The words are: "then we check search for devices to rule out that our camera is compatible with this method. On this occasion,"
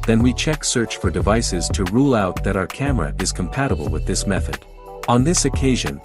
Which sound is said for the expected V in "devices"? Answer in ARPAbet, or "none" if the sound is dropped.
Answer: V